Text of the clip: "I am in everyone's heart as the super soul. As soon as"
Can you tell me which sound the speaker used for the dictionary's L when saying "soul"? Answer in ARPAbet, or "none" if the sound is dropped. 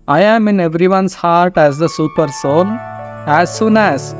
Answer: N